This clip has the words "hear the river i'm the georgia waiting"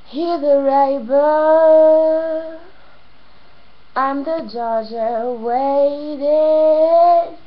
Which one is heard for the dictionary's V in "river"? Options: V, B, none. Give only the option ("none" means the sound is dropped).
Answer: B